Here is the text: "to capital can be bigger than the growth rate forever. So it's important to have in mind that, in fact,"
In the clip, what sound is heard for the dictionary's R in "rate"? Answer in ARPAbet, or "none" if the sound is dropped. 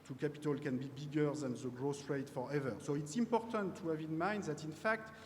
R